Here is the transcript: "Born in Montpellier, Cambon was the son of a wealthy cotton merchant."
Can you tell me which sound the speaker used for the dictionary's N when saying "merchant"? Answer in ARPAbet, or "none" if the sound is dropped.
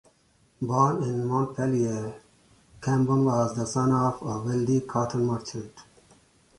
none